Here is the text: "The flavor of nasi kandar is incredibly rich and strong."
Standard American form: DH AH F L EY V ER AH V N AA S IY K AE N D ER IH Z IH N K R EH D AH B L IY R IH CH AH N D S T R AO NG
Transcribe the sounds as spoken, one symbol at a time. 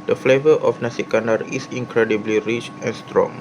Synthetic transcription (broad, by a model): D AH F L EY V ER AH F N AA S IY K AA N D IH S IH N K R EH D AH B L IY R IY CH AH N S T R AO NG